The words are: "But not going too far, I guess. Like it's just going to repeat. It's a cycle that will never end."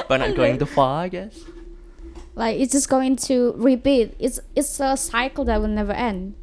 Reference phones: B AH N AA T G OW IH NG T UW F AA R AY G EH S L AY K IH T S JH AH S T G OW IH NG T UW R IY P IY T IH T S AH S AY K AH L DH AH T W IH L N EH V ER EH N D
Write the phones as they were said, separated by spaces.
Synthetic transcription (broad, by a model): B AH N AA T G OW IH NG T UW F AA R AY G EH S L AY K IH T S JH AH S G OW IH NG T UW R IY B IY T IH T S AH S AY K AH L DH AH T W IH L N EH V ER EH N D